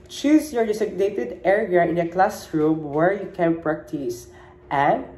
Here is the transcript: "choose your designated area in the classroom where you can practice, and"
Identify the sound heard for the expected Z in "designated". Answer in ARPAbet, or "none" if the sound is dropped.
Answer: S